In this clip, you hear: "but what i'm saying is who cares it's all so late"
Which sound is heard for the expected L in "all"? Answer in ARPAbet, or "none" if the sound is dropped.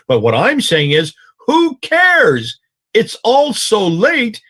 L